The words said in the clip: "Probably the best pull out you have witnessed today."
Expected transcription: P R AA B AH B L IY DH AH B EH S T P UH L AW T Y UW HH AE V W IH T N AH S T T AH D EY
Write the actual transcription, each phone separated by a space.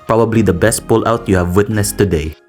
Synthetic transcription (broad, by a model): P R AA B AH B L IY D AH B EH S T P UH L AW T Y UW HH AE V W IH T N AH S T T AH D EY